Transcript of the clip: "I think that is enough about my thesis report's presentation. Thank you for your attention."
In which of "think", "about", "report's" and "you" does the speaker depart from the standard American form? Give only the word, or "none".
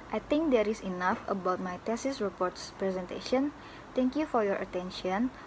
think